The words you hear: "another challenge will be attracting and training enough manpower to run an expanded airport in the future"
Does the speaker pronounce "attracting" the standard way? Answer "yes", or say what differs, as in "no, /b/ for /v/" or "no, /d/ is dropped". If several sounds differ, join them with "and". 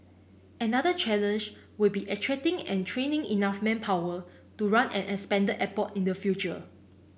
no, /k/ is dropped